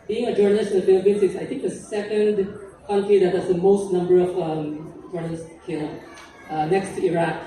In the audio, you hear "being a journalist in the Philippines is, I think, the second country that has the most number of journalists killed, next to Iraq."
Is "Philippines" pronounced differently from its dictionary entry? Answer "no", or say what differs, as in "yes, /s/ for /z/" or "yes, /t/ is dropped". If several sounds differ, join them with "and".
yes, /s/ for /z/